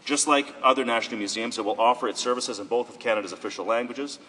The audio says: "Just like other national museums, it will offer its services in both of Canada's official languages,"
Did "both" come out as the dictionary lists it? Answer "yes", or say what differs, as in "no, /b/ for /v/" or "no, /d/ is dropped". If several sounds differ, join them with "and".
yes